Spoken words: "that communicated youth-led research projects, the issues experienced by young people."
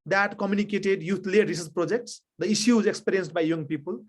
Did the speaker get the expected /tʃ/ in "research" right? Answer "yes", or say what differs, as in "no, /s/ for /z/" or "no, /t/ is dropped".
no, /s/ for /tʃ/